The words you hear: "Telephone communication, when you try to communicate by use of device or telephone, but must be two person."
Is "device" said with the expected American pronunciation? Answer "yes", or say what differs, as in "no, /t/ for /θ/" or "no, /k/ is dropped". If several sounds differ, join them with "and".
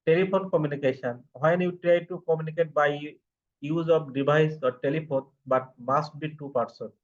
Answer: no, /b/ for /v/